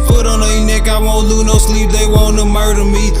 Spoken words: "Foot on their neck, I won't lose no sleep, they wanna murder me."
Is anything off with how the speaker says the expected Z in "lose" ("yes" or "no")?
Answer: yes